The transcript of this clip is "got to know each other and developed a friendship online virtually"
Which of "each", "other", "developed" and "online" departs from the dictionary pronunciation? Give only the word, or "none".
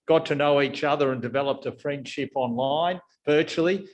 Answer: none